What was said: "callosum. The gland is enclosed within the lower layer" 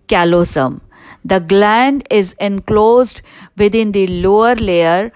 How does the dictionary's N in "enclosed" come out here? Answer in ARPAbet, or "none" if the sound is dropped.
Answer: N